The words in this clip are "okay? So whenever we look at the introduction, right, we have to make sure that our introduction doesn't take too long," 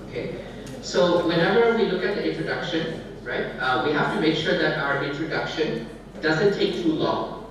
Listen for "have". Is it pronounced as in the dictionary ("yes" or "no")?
no